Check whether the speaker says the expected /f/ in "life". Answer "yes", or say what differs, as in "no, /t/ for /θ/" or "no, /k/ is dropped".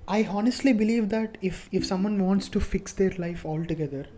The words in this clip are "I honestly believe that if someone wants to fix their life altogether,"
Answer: yes